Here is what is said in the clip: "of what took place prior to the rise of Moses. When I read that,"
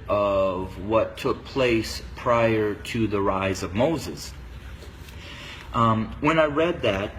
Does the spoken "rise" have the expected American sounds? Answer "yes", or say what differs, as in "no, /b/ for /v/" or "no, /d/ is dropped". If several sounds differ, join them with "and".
yes